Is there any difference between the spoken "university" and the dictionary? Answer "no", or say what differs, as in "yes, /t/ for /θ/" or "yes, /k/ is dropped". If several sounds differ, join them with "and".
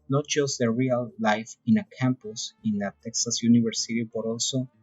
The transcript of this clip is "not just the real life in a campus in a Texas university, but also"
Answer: yes, /b/ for /v/